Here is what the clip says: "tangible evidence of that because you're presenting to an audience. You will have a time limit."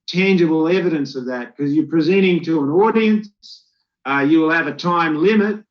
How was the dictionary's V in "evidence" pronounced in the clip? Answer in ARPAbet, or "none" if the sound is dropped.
V